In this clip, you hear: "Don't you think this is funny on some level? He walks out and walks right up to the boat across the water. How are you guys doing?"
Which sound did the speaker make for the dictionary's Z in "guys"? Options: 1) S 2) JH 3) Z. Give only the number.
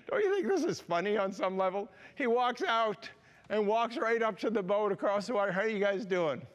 3